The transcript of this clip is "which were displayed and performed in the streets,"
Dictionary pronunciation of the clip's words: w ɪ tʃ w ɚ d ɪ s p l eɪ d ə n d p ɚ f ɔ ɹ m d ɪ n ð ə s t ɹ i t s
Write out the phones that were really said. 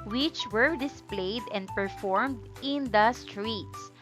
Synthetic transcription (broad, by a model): w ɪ tʃ w ɚ d ɪ s p l eɪ d ə n d p ɚ f ɔ ɹ m d ɪ n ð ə s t ɹ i t s